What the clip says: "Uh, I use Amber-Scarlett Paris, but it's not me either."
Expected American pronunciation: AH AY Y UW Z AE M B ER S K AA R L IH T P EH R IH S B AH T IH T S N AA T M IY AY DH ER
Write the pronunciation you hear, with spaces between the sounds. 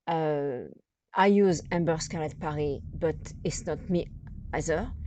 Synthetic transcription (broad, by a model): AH AY Y UW Z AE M B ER S K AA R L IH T P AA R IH B AH T IH T S N AA T M IY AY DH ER